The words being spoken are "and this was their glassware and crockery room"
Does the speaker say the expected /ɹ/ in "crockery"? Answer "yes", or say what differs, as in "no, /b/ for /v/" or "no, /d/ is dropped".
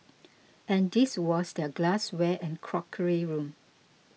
yes